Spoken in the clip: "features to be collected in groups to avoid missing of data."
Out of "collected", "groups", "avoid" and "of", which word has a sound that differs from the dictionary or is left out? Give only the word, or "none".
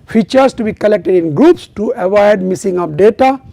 of